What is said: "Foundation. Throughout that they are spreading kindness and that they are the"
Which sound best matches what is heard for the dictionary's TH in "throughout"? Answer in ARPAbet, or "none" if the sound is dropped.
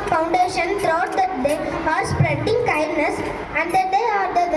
T